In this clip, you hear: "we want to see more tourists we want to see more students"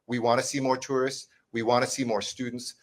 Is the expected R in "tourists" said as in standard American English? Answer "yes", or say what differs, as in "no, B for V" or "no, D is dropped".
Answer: yes